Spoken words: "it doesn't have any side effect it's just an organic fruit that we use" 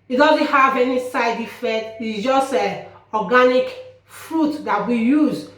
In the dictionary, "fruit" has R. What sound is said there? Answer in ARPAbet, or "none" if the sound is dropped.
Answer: R